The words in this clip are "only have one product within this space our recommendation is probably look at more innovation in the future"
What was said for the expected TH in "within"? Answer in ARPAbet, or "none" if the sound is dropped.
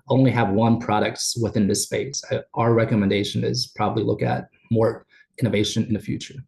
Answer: TH